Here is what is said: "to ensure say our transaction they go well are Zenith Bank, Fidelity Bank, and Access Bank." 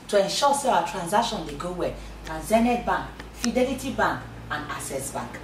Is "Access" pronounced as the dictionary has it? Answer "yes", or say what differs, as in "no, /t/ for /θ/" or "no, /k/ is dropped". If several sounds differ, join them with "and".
no, /k/ is dropped